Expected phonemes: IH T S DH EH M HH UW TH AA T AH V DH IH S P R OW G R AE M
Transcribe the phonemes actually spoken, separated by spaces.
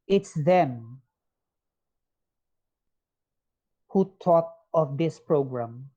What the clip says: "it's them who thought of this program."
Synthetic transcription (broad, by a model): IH T S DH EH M HH UW T AA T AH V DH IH S P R OW G R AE M